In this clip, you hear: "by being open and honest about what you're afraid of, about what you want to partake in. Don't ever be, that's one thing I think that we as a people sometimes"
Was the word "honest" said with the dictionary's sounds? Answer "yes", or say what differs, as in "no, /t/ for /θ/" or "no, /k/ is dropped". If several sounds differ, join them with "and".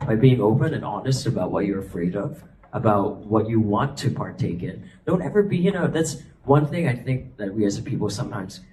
yes